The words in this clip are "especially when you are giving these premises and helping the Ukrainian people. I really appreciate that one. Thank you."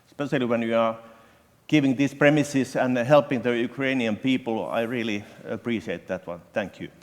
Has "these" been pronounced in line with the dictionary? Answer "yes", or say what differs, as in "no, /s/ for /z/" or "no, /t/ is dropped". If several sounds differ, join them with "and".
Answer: no, /s/ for /z/